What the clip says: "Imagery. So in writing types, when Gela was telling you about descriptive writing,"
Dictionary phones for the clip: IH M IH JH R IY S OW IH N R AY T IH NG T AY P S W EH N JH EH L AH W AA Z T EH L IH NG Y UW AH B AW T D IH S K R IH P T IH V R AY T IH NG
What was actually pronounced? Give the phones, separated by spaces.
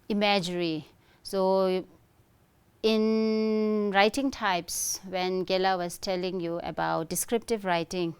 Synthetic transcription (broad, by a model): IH M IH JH R IY S OW IH N R AY T IH NG T AY P S W EH N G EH L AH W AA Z T EH L IH NG Y UW AH B AW T D IH S K R IH P T IH V R AY T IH NG